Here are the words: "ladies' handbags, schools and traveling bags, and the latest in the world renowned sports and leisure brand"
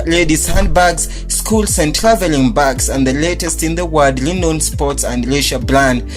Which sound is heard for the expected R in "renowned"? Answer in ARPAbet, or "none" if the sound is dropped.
L